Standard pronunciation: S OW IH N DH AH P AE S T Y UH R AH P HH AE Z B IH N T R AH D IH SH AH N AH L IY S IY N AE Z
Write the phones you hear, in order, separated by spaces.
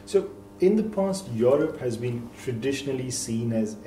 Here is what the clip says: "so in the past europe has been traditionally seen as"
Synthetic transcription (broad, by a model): S OW IH N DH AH P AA S T Y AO R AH P HH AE Z B IH N T R AH D IH SH AH N AH L IY S IY N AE Z